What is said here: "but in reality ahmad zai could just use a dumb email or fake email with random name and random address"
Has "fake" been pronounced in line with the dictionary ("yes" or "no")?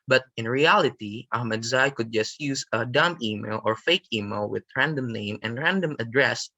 yes